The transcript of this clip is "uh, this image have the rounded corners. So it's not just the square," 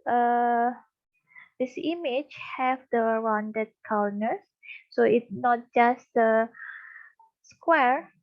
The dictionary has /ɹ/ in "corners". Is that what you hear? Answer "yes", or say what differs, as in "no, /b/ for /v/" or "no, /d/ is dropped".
no, /w/ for /ɹ/